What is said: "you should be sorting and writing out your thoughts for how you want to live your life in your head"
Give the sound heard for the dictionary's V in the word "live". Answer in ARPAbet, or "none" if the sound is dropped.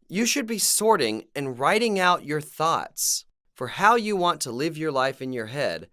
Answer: V